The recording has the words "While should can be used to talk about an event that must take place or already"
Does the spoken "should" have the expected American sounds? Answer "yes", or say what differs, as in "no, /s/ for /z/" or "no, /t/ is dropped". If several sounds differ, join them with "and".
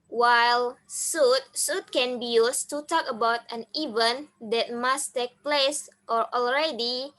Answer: no, /s/ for /ʃ/